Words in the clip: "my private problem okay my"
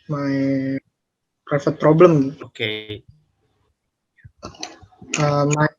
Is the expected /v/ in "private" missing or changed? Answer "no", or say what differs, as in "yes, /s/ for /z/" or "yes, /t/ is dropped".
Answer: yes, /f/ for /v/